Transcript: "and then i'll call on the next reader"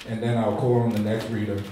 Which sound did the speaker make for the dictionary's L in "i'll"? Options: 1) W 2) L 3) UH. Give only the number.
2